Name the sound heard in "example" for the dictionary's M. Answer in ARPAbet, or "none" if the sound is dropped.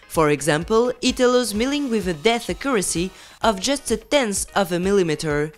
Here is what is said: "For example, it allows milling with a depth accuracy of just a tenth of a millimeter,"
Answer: M